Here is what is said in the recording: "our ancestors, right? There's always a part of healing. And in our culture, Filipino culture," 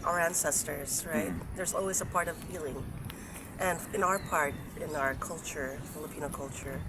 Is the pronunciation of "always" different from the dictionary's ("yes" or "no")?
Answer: no